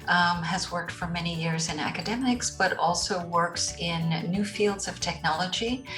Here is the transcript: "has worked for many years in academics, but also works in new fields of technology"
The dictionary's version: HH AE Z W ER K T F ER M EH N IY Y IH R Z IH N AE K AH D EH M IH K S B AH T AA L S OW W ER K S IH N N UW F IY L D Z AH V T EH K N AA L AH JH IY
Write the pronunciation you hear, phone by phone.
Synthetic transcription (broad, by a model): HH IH Z W ER K T F ER M EH N IY Y IH R Z IH N AE K AH D EH M IH K S B AH T AA L S OW W ER K S IH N N UW F IY L D Z AH V T EH K N AA L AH JH IY